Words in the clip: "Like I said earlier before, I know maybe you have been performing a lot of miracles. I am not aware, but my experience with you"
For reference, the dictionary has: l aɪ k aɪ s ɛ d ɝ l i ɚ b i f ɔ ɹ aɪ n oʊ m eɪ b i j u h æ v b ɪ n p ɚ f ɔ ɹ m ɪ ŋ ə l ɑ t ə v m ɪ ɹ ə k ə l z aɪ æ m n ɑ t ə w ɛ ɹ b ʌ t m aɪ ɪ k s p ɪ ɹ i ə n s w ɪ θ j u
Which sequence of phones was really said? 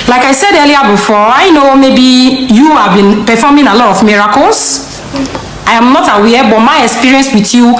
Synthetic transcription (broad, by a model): l aɪ k aɪ s ɛ d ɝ l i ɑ b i f ɔ aɪ n oʊ m eɪ b i j u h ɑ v b ɪ n p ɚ f ɔ m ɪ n ə l ɑ t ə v m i ɹ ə k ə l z aɪ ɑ m n ɑ t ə w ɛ b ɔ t m aɪ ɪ k s p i ɹ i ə n s w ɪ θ j u